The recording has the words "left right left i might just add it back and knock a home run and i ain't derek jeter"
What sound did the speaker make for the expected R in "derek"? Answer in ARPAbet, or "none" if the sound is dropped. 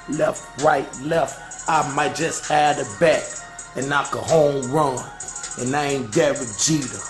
W